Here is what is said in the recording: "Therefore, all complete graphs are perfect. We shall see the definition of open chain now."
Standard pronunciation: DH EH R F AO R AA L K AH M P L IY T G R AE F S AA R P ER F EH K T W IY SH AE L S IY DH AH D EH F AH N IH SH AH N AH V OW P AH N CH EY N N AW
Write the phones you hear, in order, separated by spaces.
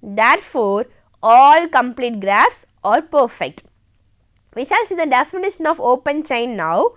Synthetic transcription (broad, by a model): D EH R F AO R AA L K AH M P L IY T G R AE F S AA R P ER F EH K T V IY SH AE L S IY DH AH D EH F AH N IH SH AH N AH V OW P AH N CH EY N N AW